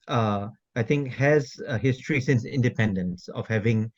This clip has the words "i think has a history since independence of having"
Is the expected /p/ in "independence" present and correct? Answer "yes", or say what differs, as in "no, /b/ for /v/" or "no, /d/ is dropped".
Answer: yes